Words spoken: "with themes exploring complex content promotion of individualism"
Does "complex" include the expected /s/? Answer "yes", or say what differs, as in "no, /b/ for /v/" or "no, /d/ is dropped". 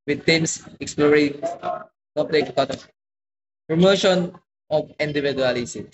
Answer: no, /s/ is dropped